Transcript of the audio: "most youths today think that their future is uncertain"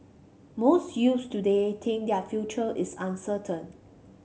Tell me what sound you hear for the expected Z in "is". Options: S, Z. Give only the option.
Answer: S